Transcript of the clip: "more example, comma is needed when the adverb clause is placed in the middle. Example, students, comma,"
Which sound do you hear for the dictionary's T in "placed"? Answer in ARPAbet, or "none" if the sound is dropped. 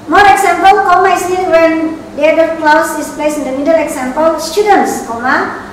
none